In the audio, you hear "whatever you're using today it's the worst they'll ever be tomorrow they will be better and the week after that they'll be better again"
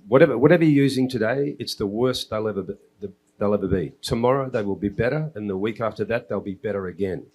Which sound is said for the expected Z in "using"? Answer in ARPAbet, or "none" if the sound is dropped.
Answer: Z